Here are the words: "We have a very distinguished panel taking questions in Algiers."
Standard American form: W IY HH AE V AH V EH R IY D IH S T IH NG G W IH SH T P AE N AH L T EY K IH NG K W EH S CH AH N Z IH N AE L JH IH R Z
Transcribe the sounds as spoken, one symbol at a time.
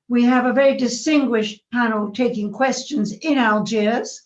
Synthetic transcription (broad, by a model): W IY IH V AH V EH R IY D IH S T IH NG G W IH SH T P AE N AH L T EY K IH NG K W EH S CH AH N Z IH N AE L JH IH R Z